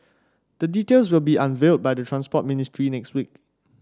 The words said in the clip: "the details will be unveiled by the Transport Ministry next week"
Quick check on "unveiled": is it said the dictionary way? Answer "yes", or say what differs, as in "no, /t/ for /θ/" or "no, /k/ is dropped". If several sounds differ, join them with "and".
yes